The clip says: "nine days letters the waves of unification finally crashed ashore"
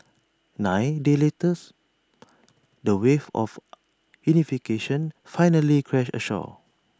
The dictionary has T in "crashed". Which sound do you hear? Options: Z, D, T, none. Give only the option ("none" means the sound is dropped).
none